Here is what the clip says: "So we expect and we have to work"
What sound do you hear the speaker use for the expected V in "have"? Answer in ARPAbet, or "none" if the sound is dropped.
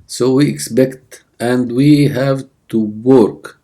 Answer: V